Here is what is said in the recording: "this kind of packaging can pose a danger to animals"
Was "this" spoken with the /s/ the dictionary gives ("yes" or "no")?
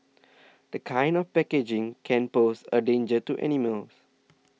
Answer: no